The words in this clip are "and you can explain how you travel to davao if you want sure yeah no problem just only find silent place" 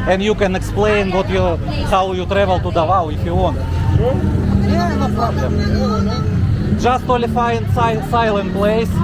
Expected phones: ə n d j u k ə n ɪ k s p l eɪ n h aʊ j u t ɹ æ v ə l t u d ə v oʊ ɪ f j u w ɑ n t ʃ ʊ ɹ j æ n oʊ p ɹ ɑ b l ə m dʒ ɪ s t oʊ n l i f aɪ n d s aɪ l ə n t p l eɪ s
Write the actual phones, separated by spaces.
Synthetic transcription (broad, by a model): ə n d j u k ə n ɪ k s p l eɪ n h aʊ j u t ɹ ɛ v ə l t u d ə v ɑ ɪ f j u w ɑ n t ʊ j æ n oʊ p ɹ ɑ b l ə m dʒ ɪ s t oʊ l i f aɪ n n s aɪ l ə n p l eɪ s